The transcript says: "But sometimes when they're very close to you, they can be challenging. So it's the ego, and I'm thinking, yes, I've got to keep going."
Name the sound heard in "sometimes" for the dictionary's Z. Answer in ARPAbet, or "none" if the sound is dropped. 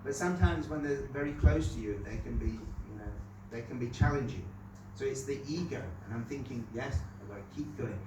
Z